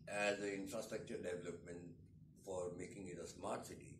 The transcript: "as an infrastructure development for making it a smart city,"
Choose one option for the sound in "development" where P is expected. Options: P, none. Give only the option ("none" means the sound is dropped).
P